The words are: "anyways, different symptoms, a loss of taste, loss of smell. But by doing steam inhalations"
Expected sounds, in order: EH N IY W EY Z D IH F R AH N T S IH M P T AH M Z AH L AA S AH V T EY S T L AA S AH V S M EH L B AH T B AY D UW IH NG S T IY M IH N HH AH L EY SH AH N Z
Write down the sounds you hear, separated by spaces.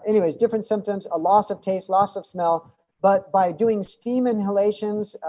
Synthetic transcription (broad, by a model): EH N IY W EY Z D IH F R AH N T S IH M P T AH M Z AH L AA S AH V T EY S T L AA S AH V S M EH L B AH T B AY D UW IH NG S T IY M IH N HH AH L EY SH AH N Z